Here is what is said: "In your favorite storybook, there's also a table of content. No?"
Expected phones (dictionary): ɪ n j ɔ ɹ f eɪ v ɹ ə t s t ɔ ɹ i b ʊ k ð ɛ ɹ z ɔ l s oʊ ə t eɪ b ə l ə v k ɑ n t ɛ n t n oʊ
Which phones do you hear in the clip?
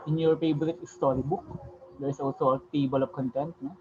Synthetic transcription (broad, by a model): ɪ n j ɔ ɹ p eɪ b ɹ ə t s t ɔ ɹ i b ʊ k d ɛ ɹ s ɔ l s oʊ ə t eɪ b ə l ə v k ɑ n t ɛ n t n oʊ